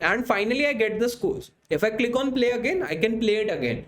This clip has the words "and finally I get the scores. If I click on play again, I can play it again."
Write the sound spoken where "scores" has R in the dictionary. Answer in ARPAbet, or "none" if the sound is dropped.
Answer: L